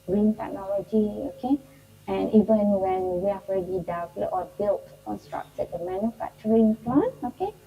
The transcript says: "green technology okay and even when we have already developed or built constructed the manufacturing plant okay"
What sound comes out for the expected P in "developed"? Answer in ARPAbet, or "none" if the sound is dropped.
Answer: none